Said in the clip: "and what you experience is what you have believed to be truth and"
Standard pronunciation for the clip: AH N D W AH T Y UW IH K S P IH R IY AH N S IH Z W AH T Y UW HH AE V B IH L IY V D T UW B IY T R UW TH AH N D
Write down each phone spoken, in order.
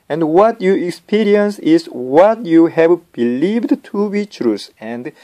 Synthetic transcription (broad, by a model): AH N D W AH T Y UW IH K S P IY R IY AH N S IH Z W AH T Y UW HH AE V B IH L IY V D T UW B IY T R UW S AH N D